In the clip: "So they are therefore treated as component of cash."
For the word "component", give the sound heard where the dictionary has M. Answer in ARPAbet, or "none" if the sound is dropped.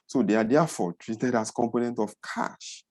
M